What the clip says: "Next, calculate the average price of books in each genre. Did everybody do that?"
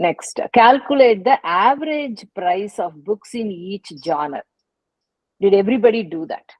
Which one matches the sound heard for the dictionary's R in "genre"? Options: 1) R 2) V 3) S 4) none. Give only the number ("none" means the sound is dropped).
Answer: 4